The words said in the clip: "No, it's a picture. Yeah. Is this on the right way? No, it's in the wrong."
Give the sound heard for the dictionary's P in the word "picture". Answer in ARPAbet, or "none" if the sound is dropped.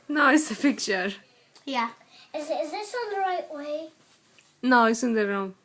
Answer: F